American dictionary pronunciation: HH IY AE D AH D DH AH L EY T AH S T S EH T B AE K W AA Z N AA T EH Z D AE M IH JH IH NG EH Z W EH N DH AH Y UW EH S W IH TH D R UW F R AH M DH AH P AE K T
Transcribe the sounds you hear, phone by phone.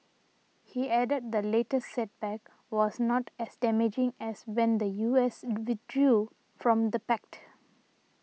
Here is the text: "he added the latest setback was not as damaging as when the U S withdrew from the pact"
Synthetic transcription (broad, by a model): HH IY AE D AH D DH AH L EY T AH S T S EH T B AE K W AA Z N AA T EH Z D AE M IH JH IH NG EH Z W EH N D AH Y UW EH S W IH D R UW F R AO M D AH P AE K T